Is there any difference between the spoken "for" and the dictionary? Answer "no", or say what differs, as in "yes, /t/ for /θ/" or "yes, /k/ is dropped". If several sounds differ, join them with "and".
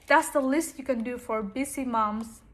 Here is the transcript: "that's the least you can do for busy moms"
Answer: no